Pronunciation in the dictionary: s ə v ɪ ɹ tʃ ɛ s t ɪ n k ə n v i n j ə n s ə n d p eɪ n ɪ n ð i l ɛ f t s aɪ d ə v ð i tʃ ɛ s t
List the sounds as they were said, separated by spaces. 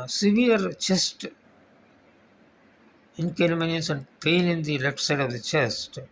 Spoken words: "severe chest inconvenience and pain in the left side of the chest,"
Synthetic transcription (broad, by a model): s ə v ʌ ɹ tʃ ɛ s t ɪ n k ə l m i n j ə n s ə n d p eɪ l ɪ n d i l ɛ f t s aɪ d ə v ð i tʃ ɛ s t